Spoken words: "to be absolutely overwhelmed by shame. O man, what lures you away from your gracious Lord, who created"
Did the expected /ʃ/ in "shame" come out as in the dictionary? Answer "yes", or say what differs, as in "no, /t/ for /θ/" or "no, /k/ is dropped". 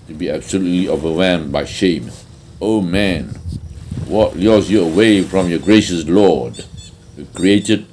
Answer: yes